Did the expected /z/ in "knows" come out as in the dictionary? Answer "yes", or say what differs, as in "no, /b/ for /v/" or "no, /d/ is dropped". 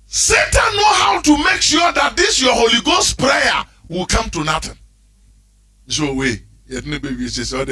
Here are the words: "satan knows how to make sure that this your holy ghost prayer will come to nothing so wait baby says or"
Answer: no, /z/ is dropped